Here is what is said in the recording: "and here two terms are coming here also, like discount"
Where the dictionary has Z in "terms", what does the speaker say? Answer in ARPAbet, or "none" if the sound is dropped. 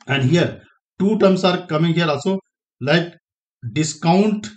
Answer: S